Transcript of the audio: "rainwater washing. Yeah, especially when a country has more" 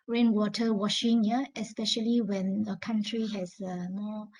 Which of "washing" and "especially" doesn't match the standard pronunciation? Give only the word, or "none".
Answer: none